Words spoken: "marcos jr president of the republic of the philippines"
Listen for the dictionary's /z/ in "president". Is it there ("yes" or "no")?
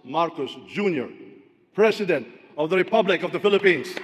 no